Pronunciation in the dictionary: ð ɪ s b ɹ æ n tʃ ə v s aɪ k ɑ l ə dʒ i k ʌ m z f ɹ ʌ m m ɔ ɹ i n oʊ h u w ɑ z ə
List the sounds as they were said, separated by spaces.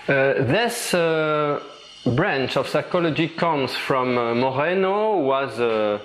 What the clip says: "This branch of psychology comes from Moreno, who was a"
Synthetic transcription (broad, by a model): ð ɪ s b ɹ æ n tʃ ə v s aɪ k ɑ l ə dʒ i k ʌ m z f ɹ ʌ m m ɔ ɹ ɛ n oʊ w ɑ z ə